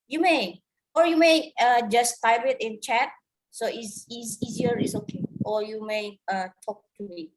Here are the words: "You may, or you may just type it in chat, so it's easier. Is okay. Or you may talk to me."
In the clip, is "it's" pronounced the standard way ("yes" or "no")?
no